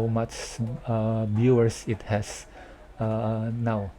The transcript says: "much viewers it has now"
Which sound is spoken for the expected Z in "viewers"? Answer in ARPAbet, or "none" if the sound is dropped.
S